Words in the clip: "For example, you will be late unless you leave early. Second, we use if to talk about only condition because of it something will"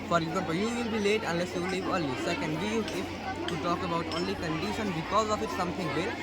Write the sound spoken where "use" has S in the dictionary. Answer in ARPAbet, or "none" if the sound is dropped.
none